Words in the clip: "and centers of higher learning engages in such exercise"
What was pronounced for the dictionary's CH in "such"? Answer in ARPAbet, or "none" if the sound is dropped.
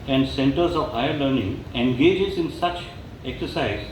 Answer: CH